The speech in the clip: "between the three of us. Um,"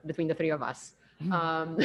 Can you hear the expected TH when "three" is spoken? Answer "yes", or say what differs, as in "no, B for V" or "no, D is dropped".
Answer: yes